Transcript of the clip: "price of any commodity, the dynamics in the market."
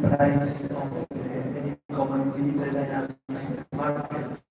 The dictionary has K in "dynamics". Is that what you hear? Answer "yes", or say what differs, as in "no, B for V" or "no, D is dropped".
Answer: no, K is dropped